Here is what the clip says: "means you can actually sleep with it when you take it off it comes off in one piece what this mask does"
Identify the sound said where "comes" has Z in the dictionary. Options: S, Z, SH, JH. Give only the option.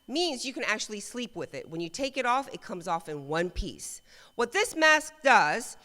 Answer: Z